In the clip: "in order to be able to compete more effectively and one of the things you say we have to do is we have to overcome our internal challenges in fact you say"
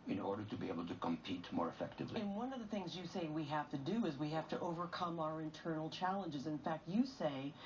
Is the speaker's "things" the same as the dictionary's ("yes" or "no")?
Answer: yes